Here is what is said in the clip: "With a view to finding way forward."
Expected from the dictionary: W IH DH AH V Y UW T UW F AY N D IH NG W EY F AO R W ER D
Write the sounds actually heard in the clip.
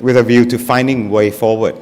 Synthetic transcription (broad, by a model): W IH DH AH V Y UW T UW F AY N D IH NG W EY F AO W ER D